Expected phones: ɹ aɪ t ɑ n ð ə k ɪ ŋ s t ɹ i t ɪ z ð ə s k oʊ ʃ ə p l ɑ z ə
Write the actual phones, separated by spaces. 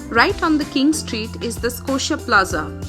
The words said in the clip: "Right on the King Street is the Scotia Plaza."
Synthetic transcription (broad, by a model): ɹ aɪ t ɑ n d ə k ɪ ŋ s t ɹ i t ɪ z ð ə s k oʊ ʃ ə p l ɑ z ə